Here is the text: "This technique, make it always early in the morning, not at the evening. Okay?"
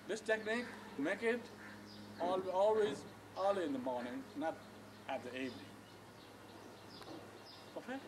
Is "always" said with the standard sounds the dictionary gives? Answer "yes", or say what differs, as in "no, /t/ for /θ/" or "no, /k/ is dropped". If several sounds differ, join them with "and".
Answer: yes